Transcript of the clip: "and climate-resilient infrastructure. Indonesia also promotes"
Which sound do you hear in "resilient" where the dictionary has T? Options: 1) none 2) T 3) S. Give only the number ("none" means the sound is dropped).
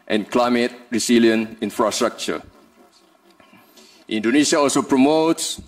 1